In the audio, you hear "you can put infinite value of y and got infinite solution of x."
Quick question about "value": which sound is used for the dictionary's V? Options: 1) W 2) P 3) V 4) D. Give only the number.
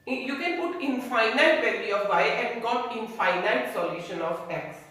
2